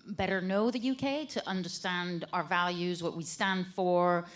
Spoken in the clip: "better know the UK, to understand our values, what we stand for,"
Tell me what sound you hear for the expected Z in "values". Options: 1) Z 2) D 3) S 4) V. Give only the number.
1